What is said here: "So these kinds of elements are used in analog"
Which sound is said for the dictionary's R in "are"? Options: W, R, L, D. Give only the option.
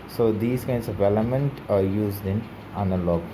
R